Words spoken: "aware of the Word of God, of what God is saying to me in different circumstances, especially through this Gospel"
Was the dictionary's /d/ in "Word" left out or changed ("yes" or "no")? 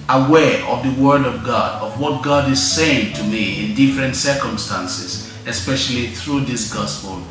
no